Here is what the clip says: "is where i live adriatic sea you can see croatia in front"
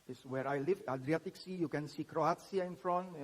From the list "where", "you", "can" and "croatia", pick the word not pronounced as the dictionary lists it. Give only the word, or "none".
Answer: croatia